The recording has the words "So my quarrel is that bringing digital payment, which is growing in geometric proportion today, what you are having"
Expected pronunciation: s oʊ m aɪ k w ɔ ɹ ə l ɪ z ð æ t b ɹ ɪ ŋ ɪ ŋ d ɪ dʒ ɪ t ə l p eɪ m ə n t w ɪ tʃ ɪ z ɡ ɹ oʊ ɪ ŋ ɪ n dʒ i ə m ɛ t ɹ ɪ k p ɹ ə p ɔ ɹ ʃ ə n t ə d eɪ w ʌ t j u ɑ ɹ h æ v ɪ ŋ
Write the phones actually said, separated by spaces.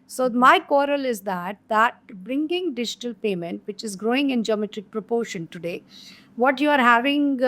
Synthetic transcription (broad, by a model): s oʊ m aɪ k w ɔ ɹ ə l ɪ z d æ t b ɹ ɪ ŋ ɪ ŋ d ɪ dʒ ɪ t ə l p eɪ m ə n t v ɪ tʃ ɪ z ɡ ɹ oʊ ɪ ŋ ɪ n dʒ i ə m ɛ t ɹ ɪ k p ɹ ə p ɔ ɹ ʃ ə n t ə d eɪ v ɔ t j u ɑ ɹ h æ v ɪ ŋ